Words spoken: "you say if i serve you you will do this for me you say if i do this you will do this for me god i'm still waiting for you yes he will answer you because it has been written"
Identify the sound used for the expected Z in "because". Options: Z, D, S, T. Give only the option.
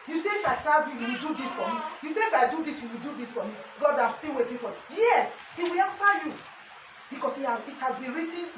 S